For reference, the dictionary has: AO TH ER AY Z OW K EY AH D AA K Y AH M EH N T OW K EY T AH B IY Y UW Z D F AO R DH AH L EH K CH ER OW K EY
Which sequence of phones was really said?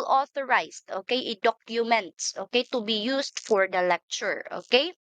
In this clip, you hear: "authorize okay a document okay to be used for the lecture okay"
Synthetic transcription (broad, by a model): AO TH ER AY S OW K EY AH D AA K Y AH M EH N T OW K EY T AH B IY Y UW S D F AO R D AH L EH K CH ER OW K EY